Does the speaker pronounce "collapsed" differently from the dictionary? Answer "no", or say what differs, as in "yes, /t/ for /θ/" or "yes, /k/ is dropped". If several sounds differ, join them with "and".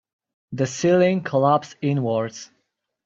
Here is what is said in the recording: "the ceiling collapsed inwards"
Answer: yes, /t/ is dropped